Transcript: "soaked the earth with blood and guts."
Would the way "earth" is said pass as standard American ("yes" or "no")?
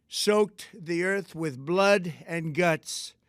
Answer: yes